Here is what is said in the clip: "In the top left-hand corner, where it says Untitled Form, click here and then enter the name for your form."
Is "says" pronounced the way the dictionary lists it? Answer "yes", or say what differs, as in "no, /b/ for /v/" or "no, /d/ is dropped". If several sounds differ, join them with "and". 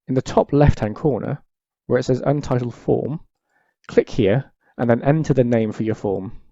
yes